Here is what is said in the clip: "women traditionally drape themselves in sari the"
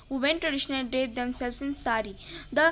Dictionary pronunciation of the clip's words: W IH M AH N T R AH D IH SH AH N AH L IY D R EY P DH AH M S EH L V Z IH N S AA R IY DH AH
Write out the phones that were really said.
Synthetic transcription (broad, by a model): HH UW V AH N T R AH D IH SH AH N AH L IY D EY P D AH M S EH L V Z IH N S AA R IY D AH